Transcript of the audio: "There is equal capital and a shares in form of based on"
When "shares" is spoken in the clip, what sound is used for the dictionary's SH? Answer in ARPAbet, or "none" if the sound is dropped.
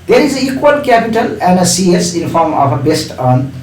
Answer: S